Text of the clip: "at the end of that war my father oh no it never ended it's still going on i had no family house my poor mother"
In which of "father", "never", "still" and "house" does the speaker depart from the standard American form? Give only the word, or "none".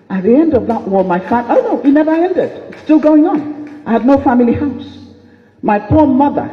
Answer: father